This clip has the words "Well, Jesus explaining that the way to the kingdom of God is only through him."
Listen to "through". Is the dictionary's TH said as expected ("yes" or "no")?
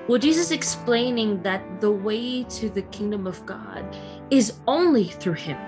yes